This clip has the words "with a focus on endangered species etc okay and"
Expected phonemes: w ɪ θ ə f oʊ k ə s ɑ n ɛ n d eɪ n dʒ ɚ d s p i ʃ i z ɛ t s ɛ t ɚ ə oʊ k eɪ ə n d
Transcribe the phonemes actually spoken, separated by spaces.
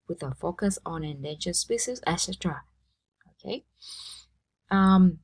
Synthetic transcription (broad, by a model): w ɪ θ ə f oʊ k ə s ɑ n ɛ n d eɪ n ʃ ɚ s p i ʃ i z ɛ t s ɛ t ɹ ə oʊ k eɪ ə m